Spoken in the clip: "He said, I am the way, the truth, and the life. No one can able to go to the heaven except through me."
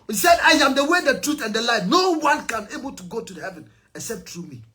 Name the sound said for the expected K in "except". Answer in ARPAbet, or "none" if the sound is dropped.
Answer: none